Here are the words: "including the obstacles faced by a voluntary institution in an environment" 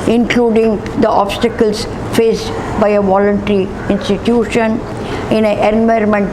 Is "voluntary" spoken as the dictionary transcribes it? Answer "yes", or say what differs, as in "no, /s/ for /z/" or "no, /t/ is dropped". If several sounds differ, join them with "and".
yes